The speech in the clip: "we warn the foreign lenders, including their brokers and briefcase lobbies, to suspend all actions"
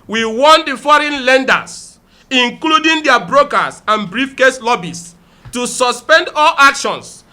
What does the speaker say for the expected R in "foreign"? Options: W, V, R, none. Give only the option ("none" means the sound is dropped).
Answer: R